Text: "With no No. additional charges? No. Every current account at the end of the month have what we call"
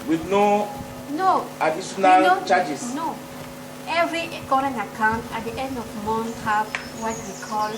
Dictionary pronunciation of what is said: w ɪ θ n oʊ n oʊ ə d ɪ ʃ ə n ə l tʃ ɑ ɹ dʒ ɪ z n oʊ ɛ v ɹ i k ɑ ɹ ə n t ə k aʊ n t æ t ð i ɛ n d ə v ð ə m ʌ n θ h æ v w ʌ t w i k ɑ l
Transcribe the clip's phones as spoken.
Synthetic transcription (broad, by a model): w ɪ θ n oʊ n oʊ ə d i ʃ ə n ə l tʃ ɑ dʒ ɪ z n oʊ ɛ v ɹ i k ɑ ɹ ə n t ə k aʊ n t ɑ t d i ɛ n d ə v m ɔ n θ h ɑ f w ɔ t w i k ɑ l